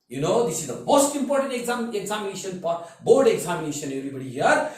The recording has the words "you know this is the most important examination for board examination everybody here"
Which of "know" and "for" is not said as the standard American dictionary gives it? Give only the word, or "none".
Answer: for